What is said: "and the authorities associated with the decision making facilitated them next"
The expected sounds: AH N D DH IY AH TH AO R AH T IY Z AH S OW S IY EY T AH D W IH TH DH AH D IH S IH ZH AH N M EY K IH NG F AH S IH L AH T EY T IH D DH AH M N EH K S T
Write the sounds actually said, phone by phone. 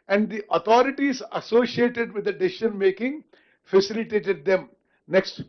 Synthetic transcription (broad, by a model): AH N D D IY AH T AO R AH T IY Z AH S OW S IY EY T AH D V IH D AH D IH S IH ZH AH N M EY K IH NG F AH S IH L AH T EY T IH D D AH M N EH K S T